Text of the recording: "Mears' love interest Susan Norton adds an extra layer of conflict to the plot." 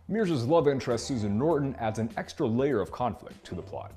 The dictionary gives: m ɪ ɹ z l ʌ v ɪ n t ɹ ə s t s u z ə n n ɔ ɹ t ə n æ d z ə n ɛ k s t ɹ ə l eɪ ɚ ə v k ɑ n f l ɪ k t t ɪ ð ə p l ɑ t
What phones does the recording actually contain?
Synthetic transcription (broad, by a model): m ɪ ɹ z l ʌ v ɪ n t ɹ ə s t s u z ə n n ɔ ɹ t n æ d z ə n ɛ k s t ɹ ə l eɪ ɚ ə v k ɑ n f l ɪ k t t ɪ ð ə p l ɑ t